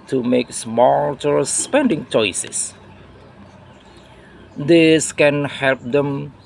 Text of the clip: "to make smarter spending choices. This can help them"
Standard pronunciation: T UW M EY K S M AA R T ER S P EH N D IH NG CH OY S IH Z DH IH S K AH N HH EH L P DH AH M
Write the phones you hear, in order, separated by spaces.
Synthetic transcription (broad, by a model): T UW M EY K S M AA L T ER S P EH N D IH NG CH OY S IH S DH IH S K AH N HH EH L P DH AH M